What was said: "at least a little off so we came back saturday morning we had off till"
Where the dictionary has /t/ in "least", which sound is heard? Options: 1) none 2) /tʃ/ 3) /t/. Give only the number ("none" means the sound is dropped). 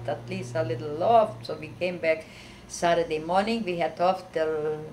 3